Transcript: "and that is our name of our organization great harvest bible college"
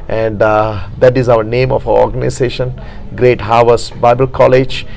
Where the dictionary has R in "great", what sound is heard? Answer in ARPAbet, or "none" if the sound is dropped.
R